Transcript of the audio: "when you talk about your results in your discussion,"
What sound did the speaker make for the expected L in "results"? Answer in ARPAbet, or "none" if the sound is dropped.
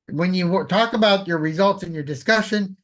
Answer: L